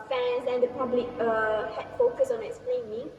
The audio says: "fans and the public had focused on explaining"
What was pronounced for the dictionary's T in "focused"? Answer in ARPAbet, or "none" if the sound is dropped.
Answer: none